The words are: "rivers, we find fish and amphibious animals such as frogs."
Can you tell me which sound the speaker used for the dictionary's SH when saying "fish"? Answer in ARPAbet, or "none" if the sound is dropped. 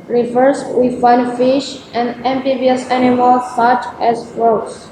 SH